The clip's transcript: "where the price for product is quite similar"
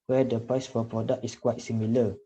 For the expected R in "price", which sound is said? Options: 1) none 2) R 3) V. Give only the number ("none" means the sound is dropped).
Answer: 2